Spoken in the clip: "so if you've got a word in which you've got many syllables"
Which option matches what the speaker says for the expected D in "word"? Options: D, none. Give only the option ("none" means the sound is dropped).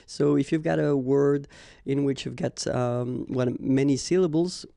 D